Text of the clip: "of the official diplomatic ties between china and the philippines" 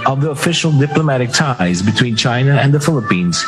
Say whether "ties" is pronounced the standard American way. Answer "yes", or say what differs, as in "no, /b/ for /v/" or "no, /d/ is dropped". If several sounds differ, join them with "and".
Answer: yes